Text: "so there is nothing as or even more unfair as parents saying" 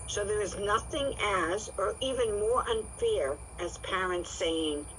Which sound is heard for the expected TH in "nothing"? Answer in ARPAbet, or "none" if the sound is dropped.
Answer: TH